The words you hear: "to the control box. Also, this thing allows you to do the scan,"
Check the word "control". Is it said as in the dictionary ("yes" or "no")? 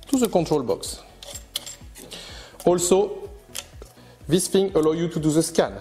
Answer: no